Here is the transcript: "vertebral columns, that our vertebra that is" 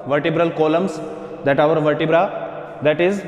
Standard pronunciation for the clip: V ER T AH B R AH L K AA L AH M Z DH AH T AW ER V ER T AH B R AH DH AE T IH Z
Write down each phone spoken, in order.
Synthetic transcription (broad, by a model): V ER T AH B R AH L K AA L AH M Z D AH T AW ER V ER T AH B R AH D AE T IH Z